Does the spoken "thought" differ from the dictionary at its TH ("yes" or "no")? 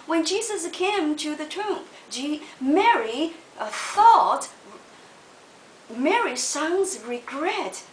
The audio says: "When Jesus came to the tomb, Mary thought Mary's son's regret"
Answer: no